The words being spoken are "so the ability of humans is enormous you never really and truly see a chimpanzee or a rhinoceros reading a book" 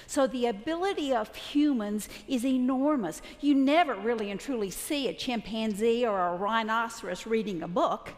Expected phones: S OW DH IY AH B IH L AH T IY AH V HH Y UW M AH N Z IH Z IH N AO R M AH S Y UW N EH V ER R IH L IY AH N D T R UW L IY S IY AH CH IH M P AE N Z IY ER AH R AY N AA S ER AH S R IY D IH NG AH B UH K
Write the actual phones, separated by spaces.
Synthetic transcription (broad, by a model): S OW DH IY AH B IH L AH T IY AH V HH Y UW M AH N Z IH Z IH N AO R M AH S Y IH N EH V ER R IH L IY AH N T R UW L IY S IY AH CH IH M P AE N Z IY ER AH R AY N AA S ER AH S R IY D IH NG AH B UH K